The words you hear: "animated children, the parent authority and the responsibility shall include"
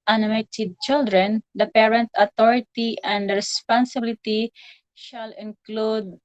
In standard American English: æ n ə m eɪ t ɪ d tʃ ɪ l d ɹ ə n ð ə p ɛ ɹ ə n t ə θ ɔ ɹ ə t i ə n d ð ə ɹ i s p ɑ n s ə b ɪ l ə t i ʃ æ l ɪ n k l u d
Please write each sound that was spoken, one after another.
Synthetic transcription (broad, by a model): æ n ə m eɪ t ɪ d tʃ ɪ l d ɹ ə n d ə p ɛ ɹ ə n t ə t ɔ ɹ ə t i ə n d ɹ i s p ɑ n s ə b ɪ l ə t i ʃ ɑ l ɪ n k l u d